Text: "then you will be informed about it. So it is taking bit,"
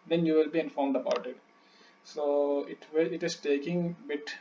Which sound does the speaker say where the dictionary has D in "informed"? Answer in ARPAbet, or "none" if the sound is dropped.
D